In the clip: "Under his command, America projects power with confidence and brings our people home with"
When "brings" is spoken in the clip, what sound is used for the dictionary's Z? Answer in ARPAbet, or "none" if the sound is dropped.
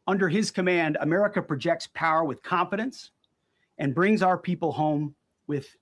Z